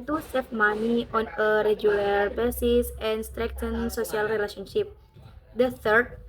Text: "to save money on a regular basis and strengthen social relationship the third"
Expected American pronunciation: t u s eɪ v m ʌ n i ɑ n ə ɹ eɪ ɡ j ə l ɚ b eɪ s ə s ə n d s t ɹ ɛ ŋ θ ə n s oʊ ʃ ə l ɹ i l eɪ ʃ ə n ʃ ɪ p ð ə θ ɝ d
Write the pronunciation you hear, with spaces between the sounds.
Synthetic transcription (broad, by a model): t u s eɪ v m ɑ n i ɑ n ə ɹ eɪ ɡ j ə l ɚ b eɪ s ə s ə n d s t ɹ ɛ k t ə n s oʊ s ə l ɹ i l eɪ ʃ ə n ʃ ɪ p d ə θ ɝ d